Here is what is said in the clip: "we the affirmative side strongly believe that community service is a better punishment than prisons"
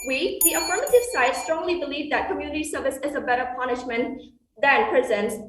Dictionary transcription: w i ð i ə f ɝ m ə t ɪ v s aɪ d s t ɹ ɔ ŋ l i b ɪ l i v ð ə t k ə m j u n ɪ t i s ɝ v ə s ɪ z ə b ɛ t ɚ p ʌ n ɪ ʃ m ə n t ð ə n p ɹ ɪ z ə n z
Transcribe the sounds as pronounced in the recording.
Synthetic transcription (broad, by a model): w i ð i ə f ɝ m ə t ɪ v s aɪ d s t ɹ ɔ ŋ l i b ɪ l i v ð ə t k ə m j u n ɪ t i s ɝ v ə s ɪ z ə b ɛ t ɚ p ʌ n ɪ ʃ m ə n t ð ə n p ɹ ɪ z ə n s